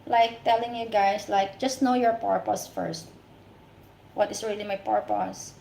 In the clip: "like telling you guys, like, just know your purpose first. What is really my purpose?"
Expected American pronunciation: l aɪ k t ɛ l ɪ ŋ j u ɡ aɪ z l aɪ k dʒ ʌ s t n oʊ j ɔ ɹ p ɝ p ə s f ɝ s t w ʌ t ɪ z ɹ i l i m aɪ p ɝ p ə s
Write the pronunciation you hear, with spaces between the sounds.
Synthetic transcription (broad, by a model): l aɪ k t ɛ l ɪ ŋ j u ɡ aɪ s l aɪ k dʒ ʌ s t n oʊ j ɔ ɹ p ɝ p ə s f ɝ s t w ʌ t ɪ s ɹ i l i m aɪ p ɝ p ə s